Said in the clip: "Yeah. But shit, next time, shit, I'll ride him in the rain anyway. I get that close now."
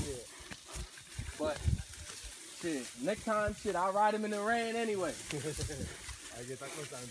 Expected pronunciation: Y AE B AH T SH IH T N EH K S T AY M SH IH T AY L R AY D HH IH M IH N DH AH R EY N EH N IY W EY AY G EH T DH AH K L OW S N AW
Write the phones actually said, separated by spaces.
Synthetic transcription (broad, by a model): Y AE B AH T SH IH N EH K T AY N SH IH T AY L R AY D HH IH M IH N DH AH R EY N EH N IY W EY AY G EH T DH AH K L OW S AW